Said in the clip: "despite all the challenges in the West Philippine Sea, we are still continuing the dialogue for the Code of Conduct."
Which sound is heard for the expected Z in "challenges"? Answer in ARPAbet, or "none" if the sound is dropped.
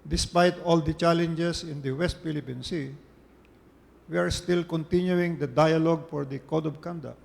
S